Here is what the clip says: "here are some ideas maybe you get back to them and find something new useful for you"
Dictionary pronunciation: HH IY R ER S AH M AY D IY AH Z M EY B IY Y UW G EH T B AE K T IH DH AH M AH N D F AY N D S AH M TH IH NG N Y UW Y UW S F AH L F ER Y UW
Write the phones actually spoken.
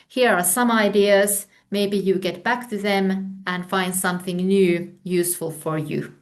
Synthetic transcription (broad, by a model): HH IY R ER S AH M AY D IY AH Z M EY B IY Y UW G EH T B AE K T IH DH AH M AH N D F AY N D S AH M TH IH NG N Y UW Y UW S F AH L F ER Y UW